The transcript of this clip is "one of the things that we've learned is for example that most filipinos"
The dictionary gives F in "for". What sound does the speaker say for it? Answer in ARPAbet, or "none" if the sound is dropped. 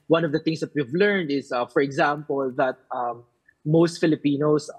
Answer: F